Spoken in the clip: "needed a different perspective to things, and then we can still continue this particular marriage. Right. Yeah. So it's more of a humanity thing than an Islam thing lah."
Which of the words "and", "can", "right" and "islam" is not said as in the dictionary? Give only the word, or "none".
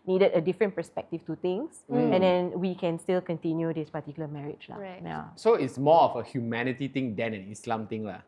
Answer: right